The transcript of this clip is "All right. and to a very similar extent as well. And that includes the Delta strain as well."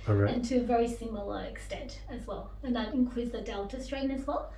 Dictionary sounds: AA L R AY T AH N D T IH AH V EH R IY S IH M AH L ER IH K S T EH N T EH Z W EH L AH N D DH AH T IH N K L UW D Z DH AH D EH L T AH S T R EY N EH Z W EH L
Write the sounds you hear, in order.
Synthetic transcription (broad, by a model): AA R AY AH N T IH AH V EH R IY S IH M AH L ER IH K S T EH N T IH Z W EH L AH N DH AH T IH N K W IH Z DH AH D EH L T AH S T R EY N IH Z W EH L